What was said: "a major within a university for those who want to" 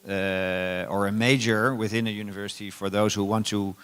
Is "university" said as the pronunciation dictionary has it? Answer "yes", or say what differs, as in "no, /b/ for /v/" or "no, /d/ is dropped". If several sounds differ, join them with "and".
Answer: yes